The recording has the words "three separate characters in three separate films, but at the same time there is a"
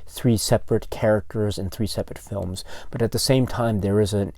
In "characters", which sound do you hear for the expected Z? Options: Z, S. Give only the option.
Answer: Z